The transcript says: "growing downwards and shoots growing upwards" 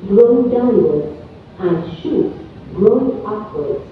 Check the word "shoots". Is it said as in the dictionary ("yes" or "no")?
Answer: no